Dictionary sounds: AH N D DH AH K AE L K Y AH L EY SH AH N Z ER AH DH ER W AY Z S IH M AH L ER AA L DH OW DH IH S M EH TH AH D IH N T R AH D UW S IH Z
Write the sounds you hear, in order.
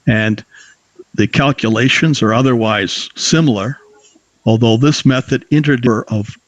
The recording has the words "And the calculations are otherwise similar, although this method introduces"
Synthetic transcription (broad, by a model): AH N DH AH K AE L K Y AH L EY SH AH N Z ER AH DH ER W AY Z S IH M L ER AA L DH OW DH IH S M EH TH AH D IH N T R D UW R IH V